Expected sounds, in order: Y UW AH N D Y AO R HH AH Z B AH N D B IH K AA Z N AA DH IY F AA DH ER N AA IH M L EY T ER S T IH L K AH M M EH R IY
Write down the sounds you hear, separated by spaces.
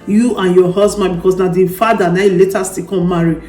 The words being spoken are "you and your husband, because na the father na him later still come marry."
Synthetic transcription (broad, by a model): Y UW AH N Y AO HH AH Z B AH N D B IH K AA S N AA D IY F AA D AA N AA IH L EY T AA S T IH K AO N M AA R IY